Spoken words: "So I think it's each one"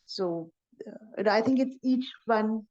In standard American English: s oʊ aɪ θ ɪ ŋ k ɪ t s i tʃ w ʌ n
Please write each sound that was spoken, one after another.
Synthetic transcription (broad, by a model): s oʊ aɪ θ ɪ ŋ k ɪ t s i tʃ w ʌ n